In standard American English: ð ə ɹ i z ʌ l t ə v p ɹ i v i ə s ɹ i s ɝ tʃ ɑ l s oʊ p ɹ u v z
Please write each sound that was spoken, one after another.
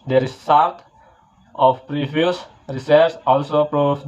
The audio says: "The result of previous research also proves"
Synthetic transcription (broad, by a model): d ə ɹ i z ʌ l t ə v p ɹ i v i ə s ɹ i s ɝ s ɑ l s oʊ p ɹ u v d